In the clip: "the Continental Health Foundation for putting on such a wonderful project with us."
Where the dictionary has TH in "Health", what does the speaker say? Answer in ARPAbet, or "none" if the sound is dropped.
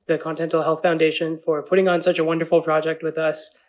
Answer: TH